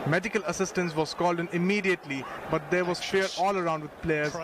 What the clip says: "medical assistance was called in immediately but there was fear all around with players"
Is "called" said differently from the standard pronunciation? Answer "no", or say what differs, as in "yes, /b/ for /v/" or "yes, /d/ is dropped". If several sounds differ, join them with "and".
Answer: no